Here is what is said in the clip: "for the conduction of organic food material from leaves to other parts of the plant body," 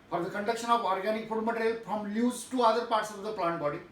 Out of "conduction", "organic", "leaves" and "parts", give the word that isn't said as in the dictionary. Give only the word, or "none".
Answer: leaves